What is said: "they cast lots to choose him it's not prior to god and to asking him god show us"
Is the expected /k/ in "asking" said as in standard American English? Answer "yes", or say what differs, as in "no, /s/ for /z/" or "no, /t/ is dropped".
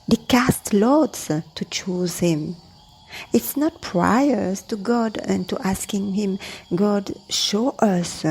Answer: yes